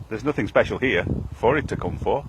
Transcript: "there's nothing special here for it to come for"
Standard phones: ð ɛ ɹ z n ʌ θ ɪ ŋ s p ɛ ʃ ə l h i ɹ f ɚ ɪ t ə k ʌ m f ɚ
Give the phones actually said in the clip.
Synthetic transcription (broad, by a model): ð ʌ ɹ z n ʌ θ ɪ ŋ s p ɛ ʃ ə l h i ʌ f ɚ ɪ t ə k ʌ m f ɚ